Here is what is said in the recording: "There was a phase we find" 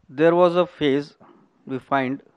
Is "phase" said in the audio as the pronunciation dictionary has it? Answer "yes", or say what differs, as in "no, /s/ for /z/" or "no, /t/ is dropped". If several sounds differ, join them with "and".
yes